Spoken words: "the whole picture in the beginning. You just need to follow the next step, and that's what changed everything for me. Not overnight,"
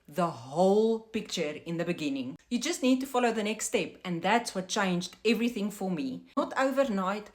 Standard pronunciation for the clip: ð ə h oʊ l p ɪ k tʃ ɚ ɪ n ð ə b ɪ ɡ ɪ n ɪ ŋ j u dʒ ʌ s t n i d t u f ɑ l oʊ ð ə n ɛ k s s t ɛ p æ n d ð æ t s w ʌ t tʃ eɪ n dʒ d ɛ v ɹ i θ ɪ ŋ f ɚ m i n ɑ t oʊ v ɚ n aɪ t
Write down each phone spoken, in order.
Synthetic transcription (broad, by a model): ð ə h oʊ l p ɪ k tʃ ɚ ɪ n ð ə b ɪ ɡ ɪ n ɪ ŋ j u dʒ ʌ s t n i d t u f ɑ l oʊ ð ə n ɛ k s s t ɛ p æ n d ð æ t s w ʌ t tʃ eɪ n dʒ d ɛ v ɹ i θ ɪ ŋ f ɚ m i n ɑ t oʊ v ɚ n aɪ t